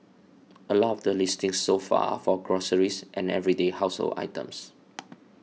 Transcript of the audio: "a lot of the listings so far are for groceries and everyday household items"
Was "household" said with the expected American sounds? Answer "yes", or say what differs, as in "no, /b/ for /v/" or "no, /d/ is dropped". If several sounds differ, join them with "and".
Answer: no, /d/ is dropped